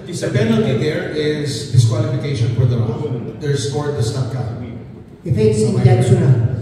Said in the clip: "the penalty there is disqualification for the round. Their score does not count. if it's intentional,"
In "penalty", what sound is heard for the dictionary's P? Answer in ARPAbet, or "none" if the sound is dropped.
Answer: B